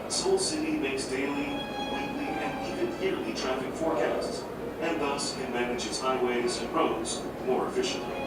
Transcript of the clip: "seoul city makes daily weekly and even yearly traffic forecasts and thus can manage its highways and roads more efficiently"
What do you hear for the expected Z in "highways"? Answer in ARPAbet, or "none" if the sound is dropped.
Z